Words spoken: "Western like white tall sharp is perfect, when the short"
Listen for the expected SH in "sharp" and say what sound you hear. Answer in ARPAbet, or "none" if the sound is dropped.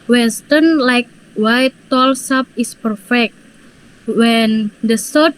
S